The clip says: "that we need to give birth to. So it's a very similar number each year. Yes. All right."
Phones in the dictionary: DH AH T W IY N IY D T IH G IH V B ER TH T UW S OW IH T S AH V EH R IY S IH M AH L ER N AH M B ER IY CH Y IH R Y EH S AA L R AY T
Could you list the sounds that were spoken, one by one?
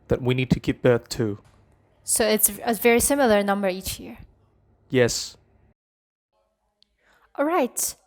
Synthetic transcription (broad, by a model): DH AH T W IY N IY D T IH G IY P B ER TH T UW S OW IH T S AH V EH R IY S IH M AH L ER N AH M B ER IY CH Y IH R Y EH S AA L R AY T